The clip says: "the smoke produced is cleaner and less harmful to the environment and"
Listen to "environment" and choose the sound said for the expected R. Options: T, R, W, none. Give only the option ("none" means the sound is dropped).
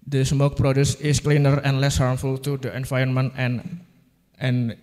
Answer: none